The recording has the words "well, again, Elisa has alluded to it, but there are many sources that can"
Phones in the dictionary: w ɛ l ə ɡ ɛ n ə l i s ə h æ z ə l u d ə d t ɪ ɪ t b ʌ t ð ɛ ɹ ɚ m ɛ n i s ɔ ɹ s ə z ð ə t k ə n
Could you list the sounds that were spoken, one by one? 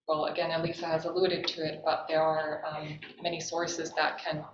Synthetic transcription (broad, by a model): w ɛ l ə ɡ ɛ n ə l i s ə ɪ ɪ z ə l u d ə d t ɪ ɪ t b ʌ t ð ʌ ɹ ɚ m ɛ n i s ɔ ɹ s ə z ð ə t k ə n